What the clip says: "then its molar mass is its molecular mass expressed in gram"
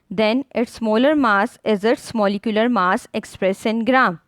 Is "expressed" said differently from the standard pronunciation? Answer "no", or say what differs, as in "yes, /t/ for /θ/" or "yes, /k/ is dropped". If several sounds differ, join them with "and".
yes, /t/ is dropped